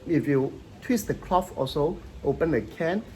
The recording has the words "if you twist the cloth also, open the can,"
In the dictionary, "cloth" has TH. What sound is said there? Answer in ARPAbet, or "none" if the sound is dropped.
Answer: F